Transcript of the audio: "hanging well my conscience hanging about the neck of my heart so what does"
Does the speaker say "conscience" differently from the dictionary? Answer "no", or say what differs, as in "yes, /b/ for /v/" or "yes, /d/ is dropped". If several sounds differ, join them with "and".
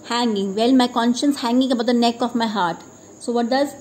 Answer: no